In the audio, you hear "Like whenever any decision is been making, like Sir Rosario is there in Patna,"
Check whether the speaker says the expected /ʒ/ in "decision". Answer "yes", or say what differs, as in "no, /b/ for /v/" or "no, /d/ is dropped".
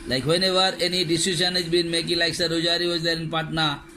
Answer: no, /ʃ/ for /ʒ/